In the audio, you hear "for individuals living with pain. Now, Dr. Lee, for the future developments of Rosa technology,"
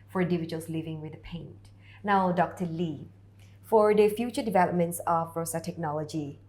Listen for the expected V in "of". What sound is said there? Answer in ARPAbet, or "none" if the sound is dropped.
B